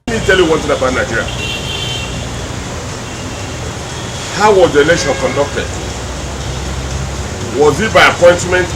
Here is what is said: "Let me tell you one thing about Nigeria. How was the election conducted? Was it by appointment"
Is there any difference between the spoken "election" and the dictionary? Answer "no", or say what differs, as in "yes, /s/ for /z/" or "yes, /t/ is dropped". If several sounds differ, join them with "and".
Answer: yes, /k/ is dropped